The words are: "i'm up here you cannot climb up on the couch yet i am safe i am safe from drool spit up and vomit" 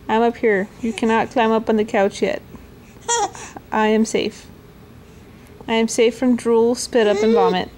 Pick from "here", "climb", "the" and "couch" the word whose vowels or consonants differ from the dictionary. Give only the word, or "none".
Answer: none